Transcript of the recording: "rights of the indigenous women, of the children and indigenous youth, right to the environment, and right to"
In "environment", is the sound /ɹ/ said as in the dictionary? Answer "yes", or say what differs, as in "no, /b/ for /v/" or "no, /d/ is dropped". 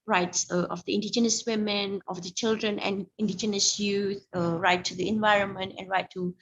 yes